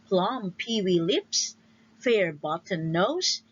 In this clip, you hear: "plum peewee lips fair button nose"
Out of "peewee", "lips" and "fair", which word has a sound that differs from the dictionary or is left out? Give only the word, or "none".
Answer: none